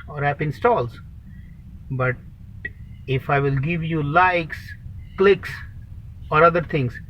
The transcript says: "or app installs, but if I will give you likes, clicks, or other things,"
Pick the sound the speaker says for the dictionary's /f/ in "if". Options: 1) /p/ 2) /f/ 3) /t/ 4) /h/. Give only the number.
2